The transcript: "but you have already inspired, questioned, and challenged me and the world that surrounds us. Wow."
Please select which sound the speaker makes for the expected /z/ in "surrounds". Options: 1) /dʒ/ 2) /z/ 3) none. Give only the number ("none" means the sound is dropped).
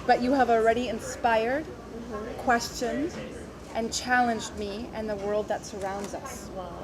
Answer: 2